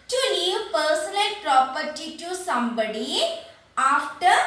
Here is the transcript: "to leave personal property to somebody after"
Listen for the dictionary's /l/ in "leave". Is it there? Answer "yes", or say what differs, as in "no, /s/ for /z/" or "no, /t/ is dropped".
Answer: no, /n/ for /l/